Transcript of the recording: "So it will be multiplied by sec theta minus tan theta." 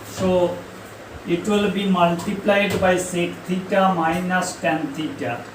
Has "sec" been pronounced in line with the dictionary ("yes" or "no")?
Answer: yes